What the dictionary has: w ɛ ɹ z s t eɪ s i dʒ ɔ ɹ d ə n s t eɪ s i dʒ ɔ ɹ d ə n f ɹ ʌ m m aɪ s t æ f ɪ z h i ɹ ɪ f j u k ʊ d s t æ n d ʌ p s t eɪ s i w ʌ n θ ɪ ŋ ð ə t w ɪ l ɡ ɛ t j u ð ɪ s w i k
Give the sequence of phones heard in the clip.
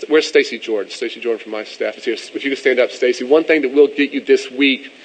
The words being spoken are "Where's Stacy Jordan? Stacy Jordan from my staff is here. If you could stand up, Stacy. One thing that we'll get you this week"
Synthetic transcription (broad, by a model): w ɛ ɹ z s t eɪ s i dʒ ɔ ɹ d n s t eɪ s i dʒ ɔ ɹ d n f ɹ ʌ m m aɪ s t æ f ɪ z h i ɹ ɪ f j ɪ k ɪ s t æ n d ʌ p s t eɪ s i w ʌ n θ ɪ ŋ ð ə t w ɪ l ɡ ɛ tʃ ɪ ð ɪ s w i k